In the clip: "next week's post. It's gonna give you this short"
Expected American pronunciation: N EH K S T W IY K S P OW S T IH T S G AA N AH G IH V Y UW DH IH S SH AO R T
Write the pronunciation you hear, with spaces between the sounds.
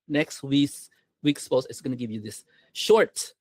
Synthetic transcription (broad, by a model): N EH K S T W IY K S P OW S IH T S G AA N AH G IH V Y UW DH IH S SH AO R T